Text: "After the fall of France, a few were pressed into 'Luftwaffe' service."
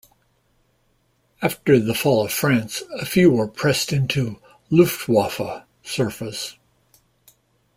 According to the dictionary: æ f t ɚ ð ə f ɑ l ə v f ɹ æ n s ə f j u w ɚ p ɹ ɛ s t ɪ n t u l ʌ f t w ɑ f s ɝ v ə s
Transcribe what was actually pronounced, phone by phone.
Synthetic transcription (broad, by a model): æ f t ɚ ð ə f ɑ l ə v f ɹ æ n s ə f j u w ɚ p ɹ ɛ s t ɪ n t u l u f t w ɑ f s ɝ f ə s